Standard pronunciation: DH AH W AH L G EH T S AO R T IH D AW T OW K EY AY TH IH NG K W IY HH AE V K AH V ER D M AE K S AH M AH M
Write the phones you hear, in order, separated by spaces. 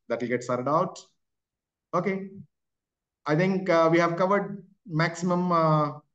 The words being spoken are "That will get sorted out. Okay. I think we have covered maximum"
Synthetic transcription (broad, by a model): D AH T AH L G EH T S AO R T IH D AW T OW K EY AY T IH NG K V IY HH AE V K AH V ER D M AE K S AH M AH M